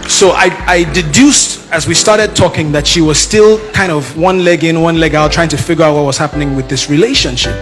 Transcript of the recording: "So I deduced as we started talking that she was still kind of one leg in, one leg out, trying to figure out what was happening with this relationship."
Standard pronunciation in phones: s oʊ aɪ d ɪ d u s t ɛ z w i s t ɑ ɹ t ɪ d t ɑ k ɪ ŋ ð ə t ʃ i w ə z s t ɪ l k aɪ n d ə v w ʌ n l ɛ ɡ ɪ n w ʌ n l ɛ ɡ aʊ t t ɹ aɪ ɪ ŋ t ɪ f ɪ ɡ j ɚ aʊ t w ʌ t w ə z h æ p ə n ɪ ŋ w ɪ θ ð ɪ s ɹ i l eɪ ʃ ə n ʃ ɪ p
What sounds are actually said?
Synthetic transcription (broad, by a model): s oʊ aɪ d ɪ d u s t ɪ z w i s t ɑ ɹ t ɪ d t ɑ k ɪ ŋ ð ə t ʃ i w ə z s t ɪ l k aɪ n d ə v w ʌ n l ɛ ɡ ɪ n w ʌ n l ɛ ɡ aʊ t t ɹ aɪ ɪ ŋ t ɪ f ɪ ɡ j ɚ aʊ t w ʌ t w ə z h æ p ə n ɪ ŋ w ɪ ð ɪ s ɹ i l eɪ ʃ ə n ʃ ɪ p